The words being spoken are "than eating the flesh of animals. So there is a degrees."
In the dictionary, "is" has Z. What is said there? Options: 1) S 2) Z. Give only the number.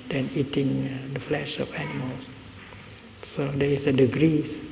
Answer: 1